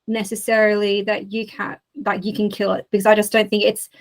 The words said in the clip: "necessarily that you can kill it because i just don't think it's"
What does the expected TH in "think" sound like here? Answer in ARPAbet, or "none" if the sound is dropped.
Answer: TH